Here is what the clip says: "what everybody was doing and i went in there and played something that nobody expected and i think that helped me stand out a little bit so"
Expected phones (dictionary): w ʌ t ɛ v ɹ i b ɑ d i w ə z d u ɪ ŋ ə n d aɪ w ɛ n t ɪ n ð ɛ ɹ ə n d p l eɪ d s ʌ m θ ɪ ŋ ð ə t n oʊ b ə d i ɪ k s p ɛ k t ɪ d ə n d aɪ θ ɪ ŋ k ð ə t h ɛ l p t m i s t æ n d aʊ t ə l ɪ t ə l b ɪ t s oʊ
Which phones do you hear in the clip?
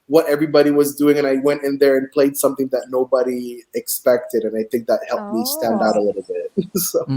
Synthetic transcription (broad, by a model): w ʌ t ɛ v ɹ i b ɑ d i w ə z d u ɪ ŋ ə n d aɪ w ɛ n t ɪ n ð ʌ ɹ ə n p l eɪ d s ʌ m θ ɪ ŋ ð ə t n oʊ b ə d i ɪ k s p ɛ k t ɪ d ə n aɪ θ ɪ ŋ k ð ə t h ɛ l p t m i s t æ n d aʊ t ə l ɪ t l b ɪ t s oʊ